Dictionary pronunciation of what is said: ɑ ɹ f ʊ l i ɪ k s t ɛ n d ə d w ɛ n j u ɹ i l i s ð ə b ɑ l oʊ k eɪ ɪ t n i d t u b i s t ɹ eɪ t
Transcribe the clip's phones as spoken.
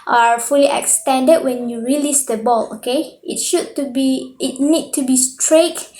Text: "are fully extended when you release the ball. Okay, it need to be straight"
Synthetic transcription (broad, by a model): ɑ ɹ f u l i ɪ k s t ɛ n d ə d w ɛ n j u ɹ i l i s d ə b ɑ l oʊ k eɪ ɪ t n i d t u b i s t ɹ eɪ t